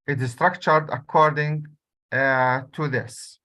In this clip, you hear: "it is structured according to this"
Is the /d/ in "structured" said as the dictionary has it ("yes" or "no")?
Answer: yes